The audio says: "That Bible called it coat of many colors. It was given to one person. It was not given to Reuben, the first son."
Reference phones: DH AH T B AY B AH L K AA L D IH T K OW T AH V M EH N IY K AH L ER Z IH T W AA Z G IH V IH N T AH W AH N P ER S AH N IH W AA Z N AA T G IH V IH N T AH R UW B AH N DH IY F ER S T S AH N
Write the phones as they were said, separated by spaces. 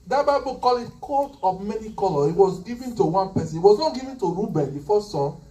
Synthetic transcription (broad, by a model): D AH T B AY B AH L K AA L IH T K OW T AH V M EH N IY K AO L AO IH T W AA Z G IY V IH N T AH W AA N P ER S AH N IH W AA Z N AA T G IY V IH N T AH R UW B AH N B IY F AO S S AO